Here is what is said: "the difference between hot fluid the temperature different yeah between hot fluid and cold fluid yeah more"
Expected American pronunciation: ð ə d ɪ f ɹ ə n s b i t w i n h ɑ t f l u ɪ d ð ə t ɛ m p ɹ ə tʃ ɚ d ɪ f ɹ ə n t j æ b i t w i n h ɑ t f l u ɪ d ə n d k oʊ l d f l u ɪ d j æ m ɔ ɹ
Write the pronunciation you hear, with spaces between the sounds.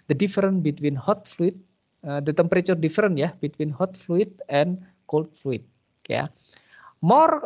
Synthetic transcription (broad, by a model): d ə d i f ɹ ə n b i t w i n h ɑ t f l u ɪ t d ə t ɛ m p ɹ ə tʃ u d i f ɹ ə n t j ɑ b i t w i n h ɑ t f l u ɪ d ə n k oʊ l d f l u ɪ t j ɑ m ɔ ɹ